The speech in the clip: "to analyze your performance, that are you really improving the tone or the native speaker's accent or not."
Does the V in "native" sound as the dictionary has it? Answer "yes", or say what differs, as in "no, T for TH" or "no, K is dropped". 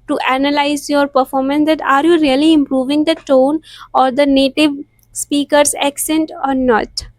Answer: yes